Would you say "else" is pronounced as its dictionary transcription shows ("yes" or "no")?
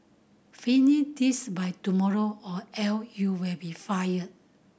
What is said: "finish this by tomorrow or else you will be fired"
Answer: no